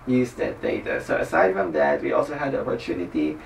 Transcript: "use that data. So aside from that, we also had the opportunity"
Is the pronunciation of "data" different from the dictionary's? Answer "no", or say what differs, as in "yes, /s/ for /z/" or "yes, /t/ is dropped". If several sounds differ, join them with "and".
no